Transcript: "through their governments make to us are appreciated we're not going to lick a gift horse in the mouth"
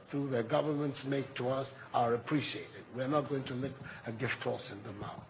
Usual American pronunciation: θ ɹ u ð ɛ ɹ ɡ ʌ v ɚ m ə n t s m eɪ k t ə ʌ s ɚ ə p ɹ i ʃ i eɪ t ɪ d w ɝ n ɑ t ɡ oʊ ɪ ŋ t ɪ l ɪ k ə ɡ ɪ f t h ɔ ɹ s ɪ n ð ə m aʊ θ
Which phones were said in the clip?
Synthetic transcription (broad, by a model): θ ɹ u ð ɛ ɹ ɡ ʌ v ɚ m ə n t s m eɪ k t ə ʌ s ɚ ə p ɹ i ʃ i eɪ t ɪ d w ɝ n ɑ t ɡ oʊ ɪ ŋ t ɪ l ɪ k ə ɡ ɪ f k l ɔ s ɪ n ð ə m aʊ